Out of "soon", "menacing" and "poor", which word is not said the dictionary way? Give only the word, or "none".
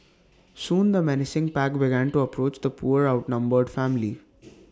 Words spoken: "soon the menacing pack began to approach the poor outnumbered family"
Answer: none